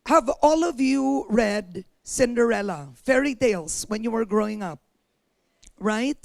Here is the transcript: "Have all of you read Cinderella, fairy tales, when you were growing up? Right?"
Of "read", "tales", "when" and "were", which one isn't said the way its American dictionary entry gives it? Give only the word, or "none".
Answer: tales